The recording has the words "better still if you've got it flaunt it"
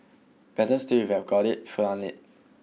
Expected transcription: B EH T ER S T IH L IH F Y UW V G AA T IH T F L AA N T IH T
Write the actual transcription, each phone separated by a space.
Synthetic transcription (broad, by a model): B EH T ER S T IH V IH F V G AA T IH T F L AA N IH T